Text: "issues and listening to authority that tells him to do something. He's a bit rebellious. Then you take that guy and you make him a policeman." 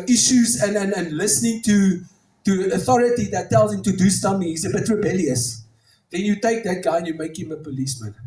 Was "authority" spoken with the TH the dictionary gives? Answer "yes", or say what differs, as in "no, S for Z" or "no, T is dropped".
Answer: yes